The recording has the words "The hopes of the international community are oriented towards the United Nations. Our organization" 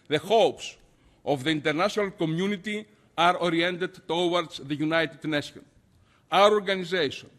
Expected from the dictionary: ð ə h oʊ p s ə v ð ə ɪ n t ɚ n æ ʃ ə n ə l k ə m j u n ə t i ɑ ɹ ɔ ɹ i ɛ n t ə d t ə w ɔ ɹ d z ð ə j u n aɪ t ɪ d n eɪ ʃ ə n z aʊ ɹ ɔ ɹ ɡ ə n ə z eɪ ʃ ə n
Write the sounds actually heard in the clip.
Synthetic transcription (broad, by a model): ð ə h oʊ p s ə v ð ə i n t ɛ n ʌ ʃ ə n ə l k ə m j u n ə t i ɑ ɹ ɔ ɹ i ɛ n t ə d t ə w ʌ ɹ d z ð ə j u n aɪ t ɪ d n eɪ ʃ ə n aʊ ɹ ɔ ɹ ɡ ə n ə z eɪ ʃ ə n